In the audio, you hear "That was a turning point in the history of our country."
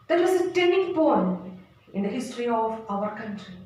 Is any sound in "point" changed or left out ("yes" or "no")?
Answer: yes